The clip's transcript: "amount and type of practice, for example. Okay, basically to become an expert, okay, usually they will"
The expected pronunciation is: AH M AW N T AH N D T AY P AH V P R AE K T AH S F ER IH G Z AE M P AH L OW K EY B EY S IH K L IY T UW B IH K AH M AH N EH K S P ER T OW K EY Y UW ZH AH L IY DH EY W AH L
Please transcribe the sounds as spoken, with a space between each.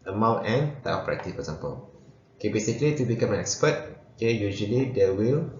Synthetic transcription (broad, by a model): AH M AW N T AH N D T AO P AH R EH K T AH F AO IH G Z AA M P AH L OW K EY B EY S IH K L IY T UW B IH K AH M AH N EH K S P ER T OW K EY Y UW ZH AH L IY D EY W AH L